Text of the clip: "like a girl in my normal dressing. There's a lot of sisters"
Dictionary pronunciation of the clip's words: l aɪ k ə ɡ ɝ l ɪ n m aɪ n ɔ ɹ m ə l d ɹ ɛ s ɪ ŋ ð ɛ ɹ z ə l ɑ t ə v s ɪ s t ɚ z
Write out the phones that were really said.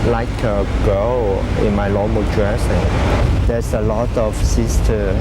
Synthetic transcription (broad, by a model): l aɪ k ə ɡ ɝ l ɪ n m aɪ l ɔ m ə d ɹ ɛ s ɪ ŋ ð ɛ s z ə l ɑ t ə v s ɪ s t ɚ